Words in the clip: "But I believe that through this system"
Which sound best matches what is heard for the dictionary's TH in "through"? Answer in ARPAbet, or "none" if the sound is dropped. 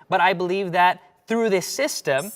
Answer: TH